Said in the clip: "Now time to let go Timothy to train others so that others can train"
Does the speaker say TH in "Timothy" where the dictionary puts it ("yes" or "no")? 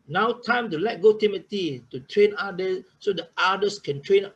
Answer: no